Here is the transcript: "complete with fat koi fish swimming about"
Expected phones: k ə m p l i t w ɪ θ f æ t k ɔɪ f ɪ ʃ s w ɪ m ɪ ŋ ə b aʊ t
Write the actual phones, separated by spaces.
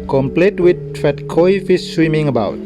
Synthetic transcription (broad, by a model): k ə m p l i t w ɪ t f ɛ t k ɔɪ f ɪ s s w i m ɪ ŋ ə b aʊ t